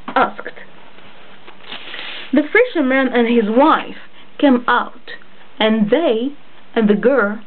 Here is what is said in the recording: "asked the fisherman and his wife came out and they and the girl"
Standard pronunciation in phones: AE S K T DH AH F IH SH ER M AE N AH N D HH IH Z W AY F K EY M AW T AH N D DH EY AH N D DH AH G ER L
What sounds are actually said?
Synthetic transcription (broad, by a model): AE S K T DH AH F IH SH ER M AE N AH N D HH IH Z W AY F K EY M AW T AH N DH EY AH N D DH AH G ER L